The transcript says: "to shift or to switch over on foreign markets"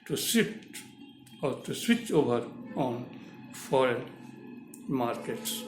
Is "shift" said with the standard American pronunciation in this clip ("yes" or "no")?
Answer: no